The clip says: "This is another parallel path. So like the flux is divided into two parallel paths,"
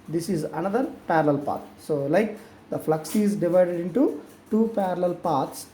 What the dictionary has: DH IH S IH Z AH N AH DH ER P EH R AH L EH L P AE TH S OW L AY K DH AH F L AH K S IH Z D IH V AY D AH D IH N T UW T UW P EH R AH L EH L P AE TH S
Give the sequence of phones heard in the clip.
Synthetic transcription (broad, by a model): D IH S IH Z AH N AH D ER P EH R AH L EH L P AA T S OW L AY K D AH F L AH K S IH Z D IH V AY D AH D IH N T UW T UW P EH R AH L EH L P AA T S